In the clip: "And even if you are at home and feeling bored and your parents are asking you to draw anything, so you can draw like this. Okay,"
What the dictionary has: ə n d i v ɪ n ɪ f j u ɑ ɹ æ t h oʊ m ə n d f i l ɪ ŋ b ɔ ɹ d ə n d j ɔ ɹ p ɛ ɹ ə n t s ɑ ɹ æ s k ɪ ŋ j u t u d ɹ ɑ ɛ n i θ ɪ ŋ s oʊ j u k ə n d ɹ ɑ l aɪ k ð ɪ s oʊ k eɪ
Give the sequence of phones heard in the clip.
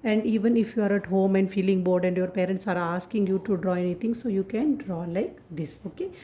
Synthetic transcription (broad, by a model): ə n d i v ɪ n ɪ f j u ɑ ɹ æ t h oʊ m ə n d f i l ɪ ŋ b ɔ ɹ d ə n d j ɔ ɹ p ɛ ɹ ə n t s ɑ ɹ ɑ s k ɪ ŋ j u t u d ɹ ɑ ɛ n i t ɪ ŋ s oʊ j u k ə n d ɹ ɑ l aɪ k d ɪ s oʊ k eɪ